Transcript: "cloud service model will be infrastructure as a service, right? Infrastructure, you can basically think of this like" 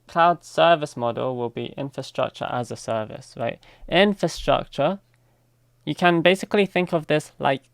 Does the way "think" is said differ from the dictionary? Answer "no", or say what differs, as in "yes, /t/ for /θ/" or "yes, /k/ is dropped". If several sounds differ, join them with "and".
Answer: no